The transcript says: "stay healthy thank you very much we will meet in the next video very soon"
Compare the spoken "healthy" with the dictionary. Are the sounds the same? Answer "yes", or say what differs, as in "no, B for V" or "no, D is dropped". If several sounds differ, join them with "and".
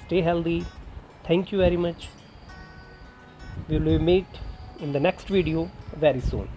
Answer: no, T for TH